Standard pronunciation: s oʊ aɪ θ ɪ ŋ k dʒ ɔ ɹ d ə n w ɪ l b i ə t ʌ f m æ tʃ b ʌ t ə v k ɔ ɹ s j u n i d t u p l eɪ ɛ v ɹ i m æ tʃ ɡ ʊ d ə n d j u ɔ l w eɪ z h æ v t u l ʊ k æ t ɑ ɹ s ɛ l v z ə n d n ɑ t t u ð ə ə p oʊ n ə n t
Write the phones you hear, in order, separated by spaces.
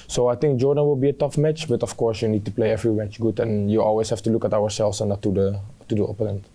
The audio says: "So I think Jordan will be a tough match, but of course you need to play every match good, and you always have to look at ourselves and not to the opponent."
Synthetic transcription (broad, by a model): s oʊ aɪ t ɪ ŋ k dʒ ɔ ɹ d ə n w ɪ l b i ə t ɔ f m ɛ tʃ b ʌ t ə f k ɔ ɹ s j u n i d t u p l eɪ ɛ v ɹ i m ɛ tʃ ɡ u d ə n j u ɔ l w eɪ s h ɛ f t u l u k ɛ t ɑ w s ɛ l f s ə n n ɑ t t u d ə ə p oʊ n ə n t